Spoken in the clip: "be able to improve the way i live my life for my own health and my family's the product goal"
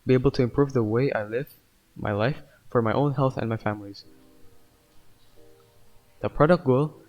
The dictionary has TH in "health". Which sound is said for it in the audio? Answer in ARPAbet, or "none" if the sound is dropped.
TH